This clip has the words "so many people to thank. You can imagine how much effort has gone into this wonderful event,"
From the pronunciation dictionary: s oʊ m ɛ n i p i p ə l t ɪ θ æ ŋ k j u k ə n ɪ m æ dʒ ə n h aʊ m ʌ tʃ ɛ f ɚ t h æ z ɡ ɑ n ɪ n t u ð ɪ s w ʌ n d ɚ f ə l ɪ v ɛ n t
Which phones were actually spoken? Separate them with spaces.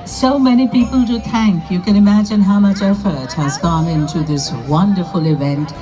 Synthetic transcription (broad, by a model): s oʊ m ɛ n i p i p ə l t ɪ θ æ ŋ k j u k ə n ɪ m æ dʒ ə n h aʊ m ʌ tʃ ɛ f ɚ t h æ z ɡ ɑ n ɪ n t u ð ɪ s w ʌ n d ɚ f ə l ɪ v ɛ n t